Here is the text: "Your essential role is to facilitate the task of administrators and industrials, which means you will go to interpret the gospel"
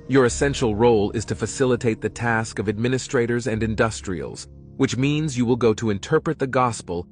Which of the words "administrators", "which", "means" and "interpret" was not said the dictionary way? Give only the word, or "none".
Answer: none